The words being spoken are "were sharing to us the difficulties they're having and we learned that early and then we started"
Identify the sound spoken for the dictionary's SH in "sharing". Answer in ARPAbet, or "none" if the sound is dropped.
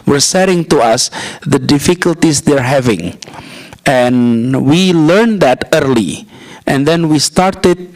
S